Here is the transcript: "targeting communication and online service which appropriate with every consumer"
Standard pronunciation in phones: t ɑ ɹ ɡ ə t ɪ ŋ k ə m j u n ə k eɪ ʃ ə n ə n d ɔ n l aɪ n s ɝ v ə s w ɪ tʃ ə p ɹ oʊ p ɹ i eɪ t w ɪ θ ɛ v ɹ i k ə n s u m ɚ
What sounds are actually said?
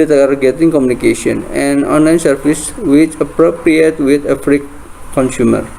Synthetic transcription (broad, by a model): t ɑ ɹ ɡ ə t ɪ ŋ k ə m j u n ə k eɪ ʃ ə n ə n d ɔ n l aɪ n s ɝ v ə s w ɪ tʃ ə p ɹ oʊ p ɹ i eɪ t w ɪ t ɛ f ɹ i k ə n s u m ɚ